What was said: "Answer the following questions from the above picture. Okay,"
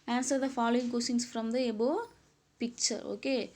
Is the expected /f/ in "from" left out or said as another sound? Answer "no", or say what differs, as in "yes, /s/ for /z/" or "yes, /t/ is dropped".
no